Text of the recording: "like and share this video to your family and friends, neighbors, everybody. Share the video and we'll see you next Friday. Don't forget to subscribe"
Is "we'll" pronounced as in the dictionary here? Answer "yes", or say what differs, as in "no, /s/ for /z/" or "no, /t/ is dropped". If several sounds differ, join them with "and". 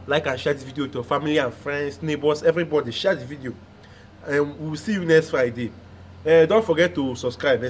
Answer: no, /w/ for /l/